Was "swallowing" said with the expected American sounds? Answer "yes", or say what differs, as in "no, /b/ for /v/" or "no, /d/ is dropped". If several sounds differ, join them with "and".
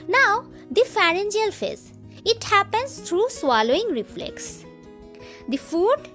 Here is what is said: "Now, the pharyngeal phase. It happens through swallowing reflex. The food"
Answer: yes